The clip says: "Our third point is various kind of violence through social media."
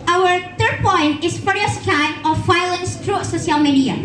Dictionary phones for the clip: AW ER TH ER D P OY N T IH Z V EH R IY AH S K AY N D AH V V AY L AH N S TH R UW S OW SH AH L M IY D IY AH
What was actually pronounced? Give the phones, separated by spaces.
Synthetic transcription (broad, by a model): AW ER TH ER D P OY N T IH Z F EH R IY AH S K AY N AH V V AY L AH N S T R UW S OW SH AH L M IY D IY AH